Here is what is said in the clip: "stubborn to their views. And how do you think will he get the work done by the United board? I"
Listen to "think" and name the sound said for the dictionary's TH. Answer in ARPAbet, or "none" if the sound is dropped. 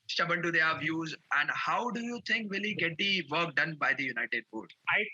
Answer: T